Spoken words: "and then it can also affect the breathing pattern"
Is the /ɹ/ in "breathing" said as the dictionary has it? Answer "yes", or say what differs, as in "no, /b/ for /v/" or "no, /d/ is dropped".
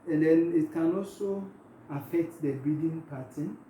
no, /ɹ/ is dropped